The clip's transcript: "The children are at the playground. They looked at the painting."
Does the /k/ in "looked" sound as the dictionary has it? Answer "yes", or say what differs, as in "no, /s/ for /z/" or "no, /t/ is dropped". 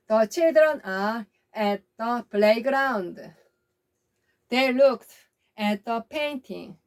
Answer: yes